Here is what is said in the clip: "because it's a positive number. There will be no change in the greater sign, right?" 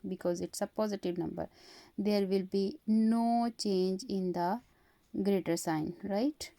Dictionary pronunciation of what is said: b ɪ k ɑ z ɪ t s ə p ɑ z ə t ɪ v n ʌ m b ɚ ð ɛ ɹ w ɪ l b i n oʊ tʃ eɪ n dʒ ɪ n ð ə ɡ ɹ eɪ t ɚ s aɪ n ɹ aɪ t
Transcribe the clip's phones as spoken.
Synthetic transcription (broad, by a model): b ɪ k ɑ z ɪ t s ə p ɑ z ə t ɪ v n ʌ m b ɚ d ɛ ɹ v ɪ l b i n oʊ tʃ eɪ n dʒ ɪ n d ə ɡ ɹ eɪ t ɚ s aɪ n ɹ aɪ t